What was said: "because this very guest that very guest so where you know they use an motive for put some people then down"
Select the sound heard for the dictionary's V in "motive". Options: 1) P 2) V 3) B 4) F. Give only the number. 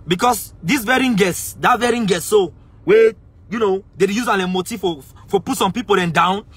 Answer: 4